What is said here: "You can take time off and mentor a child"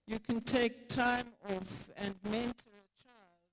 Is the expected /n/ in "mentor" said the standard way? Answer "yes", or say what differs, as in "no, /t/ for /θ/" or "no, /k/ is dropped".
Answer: yes